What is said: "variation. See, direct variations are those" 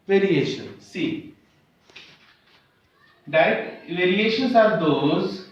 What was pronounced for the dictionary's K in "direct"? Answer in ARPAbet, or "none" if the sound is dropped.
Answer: none